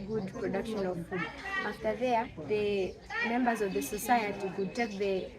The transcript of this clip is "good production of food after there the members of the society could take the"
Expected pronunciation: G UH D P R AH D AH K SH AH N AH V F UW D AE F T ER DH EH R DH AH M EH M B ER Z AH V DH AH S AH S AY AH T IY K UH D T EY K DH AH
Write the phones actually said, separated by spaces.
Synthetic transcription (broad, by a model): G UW D P R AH D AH K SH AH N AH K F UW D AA T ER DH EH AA DH AH M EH M B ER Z AH V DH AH S AH S AY AH T IY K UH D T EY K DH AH